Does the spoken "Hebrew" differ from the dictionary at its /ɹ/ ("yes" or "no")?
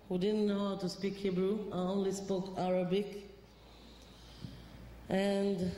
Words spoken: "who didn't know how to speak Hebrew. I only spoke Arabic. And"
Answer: no